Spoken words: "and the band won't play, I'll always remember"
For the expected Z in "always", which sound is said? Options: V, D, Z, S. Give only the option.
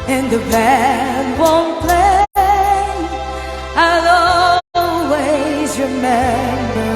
Z